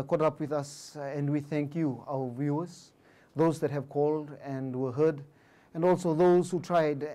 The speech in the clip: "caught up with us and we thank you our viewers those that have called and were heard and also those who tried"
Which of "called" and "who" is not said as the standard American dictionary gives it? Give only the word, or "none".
none